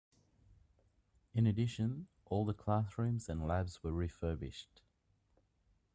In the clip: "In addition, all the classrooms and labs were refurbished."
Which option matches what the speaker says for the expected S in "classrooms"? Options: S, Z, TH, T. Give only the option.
TH